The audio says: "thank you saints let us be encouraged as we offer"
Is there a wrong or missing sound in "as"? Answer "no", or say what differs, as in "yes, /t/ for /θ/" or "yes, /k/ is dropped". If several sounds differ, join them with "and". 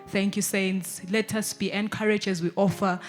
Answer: no